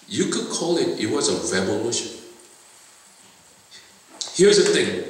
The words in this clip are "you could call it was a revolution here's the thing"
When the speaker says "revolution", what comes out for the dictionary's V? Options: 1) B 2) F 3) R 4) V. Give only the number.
1